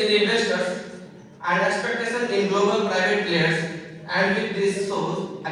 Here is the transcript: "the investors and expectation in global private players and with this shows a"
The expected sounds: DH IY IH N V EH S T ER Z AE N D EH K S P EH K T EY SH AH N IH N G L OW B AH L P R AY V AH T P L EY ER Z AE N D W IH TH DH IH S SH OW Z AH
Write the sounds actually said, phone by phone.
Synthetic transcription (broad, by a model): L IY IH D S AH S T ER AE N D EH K S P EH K T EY S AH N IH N G L OW B AH L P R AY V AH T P L EY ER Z AE N D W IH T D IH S S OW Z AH